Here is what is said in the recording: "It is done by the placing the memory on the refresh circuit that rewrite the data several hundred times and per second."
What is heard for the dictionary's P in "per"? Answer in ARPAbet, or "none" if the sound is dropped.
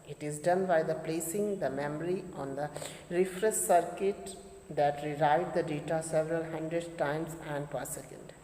P